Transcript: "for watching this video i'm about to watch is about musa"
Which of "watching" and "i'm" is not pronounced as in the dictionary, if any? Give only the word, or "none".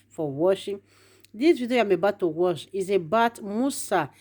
watching